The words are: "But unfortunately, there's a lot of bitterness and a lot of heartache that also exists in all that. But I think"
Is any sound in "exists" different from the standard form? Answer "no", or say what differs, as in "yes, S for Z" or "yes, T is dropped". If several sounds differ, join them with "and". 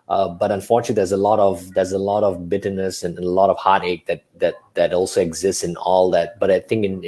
no